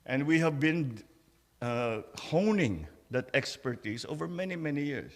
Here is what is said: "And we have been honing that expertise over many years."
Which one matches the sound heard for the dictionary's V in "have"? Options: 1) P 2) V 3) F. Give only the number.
2